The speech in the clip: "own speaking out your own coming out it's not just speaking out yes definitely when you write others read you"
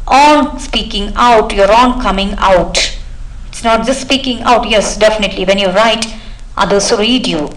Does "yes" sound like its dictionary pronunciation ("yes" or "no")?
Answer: yes